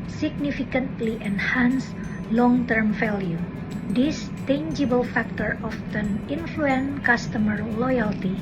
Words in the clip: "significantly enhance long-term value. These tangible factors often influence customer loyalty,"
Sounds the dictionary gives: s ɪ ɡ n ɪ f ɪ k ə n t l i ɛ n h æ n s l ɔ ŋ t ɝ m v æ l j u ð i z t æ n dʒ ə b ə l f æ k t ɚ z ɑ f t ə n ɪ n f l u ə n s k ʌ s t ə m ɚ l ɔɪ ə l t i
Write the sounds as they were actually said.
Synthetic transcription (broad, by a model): s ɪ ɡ n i f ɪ k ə n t l i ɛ n h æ n s l ɔ ŋ t ɝ m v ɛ l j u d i s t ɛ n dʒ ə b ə l f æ k t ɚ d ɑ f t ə n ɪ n f l u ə n k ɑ s t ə m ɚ l ɔɪ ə l t i